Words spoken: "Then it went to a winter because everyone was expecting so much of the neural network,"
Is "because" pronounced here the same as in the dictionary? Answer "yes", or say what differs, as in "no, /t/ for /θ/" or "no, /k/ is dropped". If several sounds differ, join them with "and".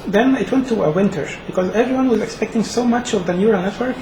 yes